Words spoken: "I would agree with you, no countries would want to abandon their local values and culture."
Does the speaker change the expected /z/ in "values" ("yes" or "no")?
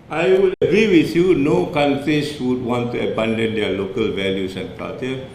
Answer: yes